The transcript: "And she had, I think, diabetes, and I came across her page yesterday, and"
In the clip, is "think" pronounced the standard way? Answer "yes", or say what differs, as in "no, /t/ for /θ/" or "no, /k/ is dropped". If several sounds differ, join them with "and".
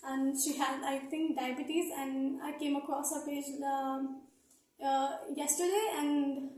no, /t/ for /θ/